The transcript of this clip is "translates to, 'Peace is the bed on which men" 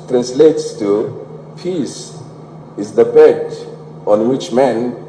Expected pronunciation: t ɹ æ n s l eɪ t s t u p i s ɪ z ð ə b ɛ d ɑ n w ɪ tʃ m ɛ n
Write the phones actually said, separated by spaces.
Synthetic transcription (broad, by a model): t ɹ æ n s l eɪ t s t u p i s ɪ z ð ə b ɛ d ɑ n w ɪ tʃ m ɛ n